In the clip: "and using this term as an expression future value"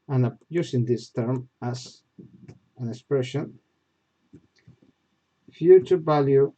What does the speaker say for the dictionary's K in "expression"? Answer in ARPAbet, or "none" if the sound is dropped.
K